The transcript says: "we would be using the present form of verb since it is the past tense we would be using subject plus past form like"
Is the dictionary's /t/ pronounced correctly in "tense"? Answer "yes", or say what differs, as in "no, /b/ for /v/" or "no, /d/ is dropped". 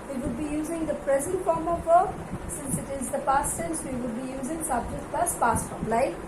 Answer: no, /s/ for /t/